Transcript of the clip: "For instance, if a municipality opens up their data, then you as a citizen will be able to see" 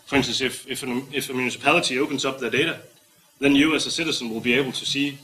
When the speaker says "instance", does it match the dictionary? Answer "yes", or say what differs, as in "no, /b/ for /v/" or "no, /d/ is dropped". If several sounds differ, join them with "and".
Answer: no, /s/ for /t/